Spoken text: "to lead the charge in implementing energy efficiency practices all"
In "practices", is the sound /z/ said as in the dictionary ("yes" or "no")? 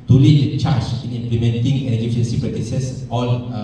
no